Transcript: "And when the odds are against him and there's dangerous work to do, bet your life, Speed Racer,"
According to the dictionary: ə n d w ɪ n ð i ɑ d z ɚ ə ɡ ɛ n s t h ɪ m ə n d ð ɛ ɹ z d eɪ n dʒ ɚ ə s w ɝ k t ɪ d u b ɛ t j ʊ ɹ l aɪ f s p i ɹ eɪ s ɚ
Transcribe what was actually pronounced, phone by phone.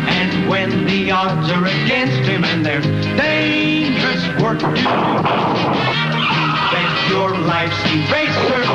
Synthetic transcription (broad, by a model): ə n w ɪ n ð i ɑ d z ɚ ə ɡ ɛ n s t h ɪ m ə n ð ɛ ɹ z d eɪ n dʒ ɚ ə s w ɝ k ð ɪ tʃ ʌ ɹ l aɪ f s i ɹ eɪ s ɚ